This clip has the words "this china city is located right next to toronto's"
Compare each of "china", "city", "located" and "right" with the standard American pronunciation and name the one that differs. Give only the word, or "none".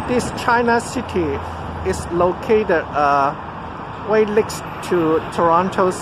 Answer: right